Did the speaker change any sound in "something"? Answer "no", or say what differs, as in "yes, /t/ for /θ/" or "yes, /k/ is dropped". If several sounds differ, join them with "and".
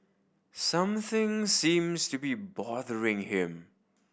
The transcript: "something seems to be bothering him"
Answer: no